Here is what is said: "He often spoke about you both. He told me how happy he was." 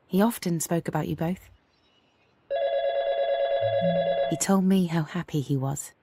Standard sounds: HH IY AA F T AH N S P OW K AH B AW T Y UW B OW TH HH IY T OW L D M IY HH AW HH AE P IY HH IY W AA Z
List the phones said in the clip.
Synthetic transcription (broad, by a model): HH IY AA F T AH N S P OW K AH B AW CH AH B OW TH HH IY T OW L D M IY HH AW HH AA P IY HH IY W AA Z